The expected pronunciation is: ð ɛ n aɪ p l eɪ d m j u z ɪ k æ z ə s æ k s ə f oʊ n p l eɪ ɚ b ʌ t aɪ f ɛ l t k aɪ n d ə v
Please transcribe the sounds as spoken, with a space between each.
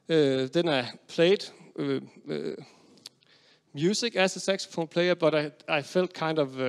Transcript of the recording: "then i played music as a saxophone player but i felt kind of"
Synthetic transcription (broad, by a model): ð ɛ n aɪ p l eɪ d m j u s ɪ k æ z ə s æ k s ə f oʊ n p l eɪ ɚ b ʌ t aɪ f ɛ l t k aɪ n d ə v